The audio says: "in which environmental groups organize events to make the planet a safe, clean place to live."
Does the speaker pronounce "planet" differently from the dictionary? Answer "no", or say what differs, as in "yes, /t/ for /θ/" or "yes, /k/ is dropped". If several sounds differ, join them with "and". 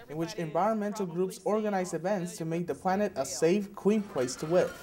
no